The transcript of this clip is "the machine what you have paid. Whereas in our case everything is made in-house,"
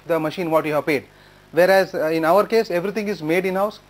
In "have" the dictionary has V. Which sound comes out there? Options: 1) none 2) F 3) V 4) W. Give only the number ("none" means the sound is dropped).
3